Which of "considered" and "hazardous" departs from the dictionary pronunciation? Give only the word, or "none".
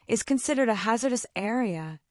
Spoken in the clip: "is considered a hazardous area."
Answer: none